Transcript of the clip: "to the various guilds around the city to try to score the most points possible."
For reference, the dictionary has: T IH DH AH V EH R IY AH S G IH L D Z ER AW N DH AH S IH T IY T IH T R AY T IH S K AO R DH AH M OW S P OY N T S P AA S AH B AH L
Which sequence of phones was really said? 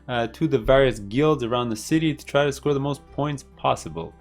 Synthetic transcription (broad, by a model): T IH DH AH V EH R IY AH S G IH L D Z ER AW N DH AH S IH T IY T IH T R AY T IH S K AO R DH AH M OW S P OY N T S P AA S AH B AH L